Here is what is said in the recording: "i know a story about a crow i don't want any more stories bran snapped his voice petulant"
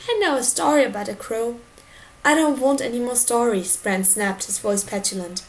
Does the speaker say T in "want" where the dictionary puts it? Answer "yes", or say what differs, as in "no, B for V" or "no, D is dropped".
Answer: yes